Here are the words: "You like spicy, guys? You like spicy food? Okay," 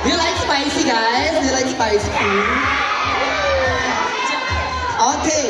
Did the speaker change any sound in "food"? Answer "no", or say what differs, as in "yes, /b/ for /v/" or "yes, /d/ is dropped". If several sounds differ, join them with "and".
yes, /d/ is dropped